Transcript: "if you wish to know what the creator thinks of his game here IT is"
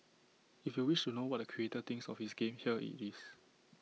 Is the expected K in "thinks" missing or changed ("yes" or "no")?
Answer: yes